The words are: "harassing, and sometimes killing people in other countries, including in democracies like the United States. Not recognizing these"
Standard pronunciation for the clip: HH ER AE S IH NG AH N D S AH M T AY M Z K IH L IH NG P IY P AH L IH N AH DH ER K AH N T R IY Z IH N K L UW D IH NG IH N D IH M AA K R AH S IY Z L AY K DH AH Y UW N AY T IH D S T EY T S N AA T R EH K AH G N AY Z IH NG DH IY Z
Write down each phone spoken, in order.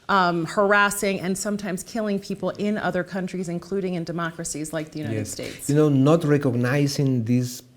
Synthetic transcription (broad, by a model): HH ER AE S IH NG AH N S AH M T AY M Z K IH L IH NG P IY P L IH N AH DH ER K AH N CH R IY Z IH N K L UW D IH NG IH N D IH M AA K R AH S IY Z L AY K DH AH Y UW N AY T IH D S T EY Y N N AA T R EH K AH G N AY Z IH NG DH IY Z